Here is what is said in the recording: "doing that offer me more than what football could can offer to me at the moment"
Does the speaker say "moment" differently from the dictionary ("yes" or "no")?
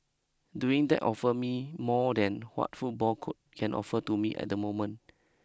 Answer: yes